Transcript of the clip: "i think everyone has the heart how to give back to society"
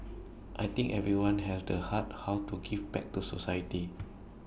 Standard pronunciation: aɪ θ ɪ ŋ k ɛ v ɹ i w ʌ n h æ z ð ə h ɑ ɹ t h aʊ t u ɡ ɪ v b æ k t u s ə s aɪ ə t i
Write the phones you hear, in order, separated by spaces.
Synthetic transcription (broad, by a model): aɪ t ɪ ŋ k ɛ v ɹ i w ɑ n h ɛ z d ə h ɑ t h aʊ t u ɡ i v b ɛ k t u s ə s aɪ ə t i